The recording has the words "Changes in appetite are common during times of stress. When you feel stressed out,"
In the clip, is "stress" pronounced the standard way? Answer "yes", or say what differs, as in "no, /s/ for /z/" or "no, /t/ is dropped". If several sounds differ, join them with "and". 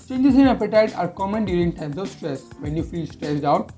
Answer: yes